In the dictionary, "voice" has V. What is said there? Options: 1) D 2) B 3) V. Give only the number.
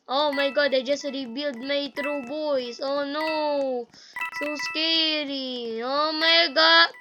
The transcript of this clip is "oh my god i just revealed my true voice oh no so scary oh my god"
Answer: 2